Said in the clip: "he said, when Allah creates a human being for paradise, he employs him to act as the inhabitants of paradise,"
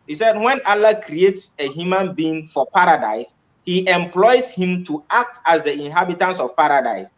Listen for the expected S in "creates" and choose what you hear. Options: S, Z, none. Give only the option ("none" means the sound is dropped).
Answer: S